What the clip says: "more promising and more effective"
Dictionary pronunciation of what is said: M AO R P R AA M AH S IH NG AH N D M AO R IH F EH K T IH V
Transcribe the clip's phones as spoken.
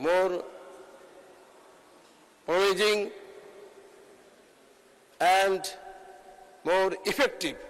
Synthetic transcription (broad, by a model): M AO R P AA AH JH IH NG AH N D M AO R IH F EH K T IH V